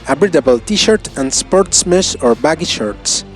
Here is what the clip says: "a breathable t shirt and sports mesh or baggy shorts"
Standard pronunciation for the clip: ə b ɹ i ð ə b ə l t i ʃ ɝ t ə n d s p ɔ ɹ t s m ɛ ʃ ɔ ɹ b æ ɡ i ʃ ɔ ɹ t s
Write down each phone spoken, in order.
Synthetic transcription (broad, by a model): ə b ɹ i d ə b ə l t i ʃ ɝ t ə n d s p ɔ ɹ t s m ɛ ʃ ɔ ɹ b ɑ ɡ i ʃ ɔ ɹ t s